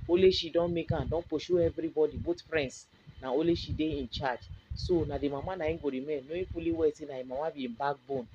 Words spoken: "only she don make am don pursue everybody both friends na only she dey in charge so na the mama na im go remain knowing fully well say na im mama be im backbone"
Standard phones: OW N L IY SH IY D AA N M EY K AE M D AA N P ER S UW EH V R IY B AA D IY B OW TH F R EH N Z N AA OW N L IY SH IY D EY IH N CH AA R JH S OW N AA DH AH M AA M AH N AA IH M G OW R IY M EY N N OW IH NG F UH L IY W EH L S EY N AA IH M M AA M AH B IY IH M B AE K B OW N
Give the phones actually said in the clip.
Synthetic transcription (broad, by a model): OW L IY SH IY D AA N M EY K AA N D AA N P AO SH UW EH V R IY B AA D IY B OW T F R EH N S N AA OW L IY SH IY D EY IH N CH AA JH S OW N AA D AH M AA M AH N AA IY G OW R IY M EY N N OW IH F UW L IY W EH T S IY N AA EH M M AA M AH B IY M B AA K B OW N